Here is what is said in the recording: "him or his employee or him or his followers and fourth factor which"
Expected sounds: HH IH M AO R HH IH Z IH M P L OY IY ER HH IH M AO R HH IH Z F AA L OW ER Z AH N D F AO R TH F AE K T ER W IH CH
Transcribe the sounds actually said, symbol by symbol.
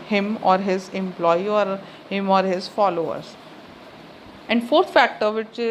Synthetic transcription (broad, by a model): HH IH M AO R HH IH Z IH M P L OY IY ER HH IH M AO R HH IH Z F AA L OW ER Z AH N D F AO R T F AE K T ER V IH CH